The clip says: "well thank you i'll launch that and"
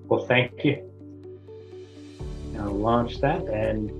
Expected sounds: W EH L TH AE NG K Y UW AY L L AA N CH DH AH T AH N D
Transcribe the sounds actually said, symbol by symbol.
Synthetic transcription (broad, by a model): W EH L TH AE NG K Y UW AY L L AA N CH DH AH T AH N